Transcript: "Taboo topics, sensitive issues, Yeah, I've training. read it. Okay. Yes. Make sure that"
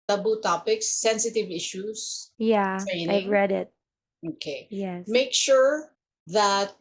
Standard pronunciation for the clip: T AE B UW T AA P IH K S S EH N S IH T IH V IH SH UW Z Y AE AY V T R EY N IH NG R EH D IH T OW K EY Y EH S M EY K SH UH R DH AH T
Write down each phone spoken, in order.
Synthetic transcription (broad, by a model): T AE B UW T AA P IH K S S EH N S IH T IH V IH SH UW S Y AE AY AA IH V R EH D IH T OW K EY Y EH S M EY K SH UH R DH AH T